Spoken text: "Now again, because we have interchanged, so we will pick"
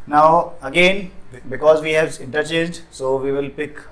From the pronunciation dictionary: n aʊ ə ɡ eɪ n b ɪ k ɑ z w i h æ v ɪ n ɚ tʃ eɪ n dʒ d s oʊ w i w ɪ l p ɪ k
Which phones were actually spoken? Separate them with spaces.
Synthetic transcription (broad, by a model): n aʊ ə ɡ eɪ n b ɪ k ɑ z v i h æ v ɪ n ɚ tʃ eɪ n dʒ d s oʊ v i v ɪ l p ɪ k